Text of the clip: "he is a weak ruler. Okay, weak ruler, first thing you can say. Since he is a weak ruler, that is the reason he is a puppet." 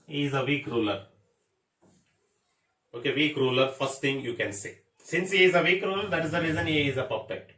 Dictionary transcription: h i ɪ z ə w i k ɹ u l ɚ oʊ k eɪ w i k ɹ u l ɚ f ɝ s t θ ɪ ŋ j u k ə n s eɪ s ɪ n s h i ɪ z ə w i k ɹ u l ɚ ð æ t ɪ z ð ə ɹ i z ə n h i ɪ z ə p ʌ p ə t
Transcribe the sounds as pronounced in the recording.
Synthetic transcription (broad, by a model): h i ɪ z ə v i k ɹ u l ɚ oʊ k eɪ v i k ɹ u l ɚ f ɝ s t t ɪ ŋ j u k ə n s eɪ s ɪ n s h i ɪ z ə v i k ɹ u l ɚ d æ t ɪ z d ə ɹ i z ə n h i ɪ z ə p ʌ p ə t